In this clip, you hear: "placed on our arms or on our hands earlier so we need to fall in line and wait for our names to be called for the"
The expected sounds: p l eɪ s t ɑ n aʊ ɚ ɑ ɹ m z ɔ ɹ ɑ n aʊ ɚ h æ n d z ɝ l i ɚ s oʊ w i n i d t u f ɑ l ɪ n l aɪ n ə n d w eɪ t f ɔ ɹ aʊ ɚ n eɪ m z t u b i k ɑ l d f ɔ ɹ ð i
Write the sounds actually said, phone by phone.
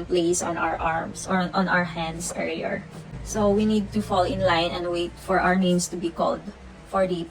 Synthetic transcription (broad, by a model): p l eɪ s ɑ n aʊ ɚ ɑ ɹ m s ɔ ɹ ɑ n aʊ ɚ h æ n d s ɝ i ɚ s oʊ w i n i d t u f ɑ l ɪ n l aɪ n ə n d w eɪ t f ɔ ɹ aʊ ɚ n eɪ m s t u b i k ɑ l d f ɔ ɹ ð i